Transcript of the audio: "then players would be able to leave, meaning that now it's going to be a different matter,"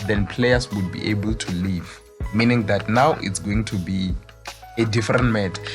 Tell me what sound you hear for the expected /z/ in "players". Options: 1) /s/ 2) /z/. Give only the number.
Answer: 1